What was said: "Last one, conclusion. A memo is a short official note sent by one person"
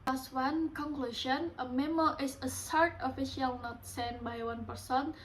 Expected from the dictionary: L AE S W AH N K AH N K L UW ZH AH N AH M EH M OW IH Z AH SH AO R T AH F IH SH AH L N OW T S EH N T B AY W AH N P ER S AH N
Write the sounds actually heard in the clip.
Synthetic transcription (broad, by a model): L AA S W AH N K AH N K L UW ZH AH N AH M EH M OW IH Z AH S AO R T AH F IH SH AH L N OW T S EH N B AY W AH N P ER S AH N